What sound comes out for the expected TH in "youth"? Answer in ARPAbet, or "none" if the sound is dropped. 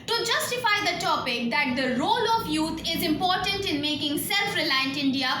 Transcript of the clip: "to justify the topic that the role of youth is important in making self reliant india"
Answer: T